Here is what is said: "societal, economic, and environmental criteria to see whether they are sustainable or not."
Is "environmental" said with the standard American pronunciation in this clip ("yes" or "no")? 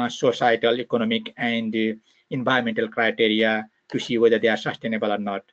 no